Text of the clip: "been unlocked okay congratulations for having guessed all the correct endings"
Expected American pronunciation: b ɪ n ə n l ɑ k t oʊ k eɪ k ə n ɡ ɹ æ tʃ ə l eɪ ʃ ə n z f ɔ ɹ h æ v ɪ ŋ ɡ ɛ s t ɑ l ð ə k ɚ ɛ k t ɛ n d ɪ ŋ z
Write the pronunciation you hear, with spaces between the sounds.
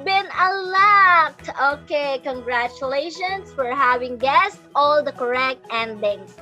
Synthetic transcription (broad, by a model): b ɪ n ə l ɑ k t oʊ k eɪ k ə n ɡ ɹ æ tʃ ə l eɪ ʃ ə n s f ɔ ɹ h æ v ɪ ŋ ɡ ɛ s t ɑ l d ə k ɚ ɛ k t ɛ n d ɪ ŋ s